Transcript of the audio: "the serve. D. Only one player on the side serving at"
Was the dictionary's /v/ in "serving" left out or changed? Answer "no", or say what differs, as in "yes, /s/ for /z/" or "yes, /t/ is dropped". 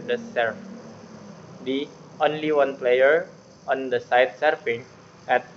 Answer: yes, /f/ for /v/